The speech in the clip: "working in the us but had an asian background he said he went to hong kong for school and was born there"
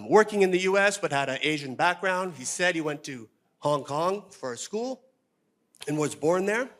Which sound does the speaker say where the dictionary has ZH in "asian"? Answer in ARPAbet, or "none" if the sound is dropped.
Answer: ZH